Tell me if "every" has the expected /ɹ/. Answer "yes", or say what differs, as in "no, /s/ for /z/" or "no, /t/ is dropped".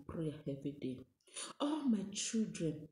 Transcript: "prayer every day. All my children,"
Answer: no, /ɹ/ is dropped